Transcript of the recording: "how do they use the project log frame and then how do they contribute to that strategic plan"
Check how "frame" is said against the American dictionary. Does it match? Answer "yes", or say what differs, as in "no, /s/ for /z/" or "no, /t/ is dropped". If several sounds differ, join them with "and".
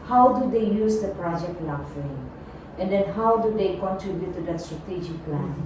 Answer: no, /m/ is dropped